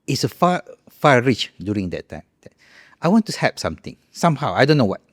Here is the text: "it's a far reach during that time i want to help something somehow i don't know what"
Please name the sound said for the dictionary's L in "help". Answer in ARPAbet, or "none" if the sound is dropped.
none